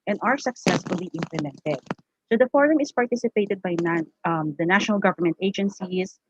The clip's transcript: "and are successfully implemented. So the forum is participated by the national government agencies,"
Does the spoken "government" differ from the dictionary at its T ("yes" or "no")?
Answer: no